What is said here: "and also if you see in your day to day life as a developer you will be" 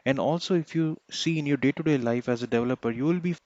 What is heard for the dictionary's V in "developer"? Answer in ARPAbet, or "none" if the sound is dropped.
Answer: V